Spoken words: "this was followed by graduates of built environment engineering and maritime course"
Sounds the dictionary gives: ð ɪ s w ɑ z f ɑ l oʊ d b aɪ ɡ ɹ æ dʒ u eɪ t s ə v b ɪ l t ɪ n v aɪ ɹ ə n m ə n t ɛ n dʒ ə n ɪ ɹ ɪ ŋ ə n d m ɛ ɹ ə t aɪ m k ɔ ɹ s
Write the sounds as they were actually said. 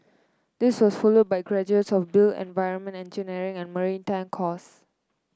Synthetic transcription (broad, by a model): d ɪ s w ɑ s f ɑ l oʊ d b aɪ ɡ ɹ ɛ dʒ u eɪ t s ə f b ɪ l ɪ n v aɪ ɹ ə n m ə n t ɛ n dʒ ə n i ɹ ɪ ŋ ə n m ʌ ɹ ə t aɪ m k ɔ s